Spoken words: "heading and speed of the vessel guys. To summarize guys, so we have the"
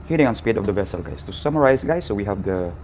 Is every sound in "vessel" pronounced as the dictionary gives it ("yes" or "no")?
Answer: yes